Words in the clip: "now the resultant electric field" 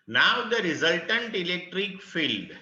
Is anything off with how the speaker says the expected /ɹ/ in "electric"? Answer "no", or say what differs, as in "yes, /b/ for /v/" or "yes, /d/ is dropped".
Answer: no